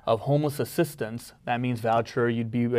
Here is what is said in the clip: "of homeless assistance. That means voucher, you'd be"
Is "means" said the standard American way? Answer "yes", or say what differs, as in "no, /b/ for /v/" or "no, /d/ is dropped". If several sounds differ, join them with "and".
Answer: yes